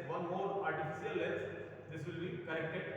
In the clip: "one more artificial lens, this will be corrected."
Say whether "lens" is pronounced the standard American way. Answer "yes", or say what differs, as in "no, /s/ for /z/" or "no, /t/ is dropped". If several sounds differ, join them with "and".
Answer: no, /n/ is dropped